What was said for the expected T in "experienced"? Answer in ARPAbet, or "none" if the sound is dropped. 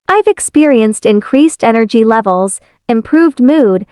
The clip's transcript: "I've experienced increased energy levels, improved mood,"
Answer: T